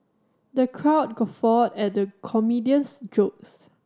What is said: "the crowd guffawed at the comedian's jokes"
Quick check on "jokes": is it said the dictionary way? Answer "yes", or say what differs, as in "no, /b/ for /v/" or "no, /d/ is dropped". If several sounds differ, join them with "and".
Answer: yes